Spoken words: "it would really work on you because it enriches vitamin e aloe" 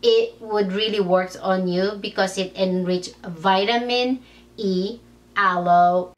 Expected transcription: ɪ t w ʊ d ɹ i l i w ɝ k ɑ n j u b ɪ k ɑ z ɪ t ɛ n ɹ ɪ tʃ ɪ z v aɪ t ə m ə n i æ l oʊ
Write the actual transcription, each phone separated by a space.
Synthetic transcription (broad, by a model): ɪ t w ʊ d ɹ i l i w ɝ k ɑ n j u b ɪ k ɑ s ɪ t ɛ n ɹ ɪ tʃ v aɪ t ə m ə n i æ l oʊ